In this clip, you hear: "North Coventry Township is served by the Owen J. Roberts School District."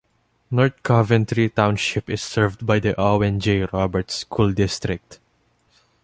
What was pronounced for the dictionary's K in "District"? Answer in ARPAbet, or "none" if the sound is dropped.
K